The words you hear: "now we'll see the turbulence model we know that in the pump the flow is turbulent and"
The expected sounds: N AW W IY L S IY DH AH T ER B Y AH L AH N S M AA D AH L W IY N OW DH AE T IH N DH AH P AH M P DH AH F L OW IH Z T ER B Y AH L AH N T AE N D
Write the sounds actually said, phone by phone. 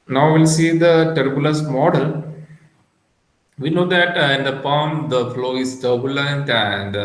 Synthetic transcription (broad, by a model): N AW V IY L S IY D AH T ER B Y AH L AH S M AA D AH L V IY N OW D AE T IH N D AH P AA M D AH F L OW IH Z T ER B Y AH L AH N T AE N D